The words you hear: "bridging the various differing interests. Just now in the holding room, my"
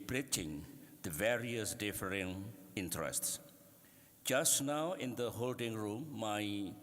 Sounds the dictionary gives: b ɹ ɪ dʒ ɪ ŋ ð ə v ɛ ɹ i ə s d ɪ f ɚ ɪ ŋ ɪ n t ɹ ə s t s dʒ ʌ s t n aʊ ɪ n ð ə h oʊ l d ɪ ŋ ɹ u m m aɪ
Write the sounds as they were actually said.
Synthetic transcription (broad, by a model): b ɹ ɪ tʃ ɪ ŋ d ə v ɛ ɹ i ə s d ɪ f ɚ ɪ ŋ ɪ n t ɹ ə s t s dʒ ʌ s t n aʊ ɪ n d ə h oʊ l d ɪ ŋ ɹ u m m aɪ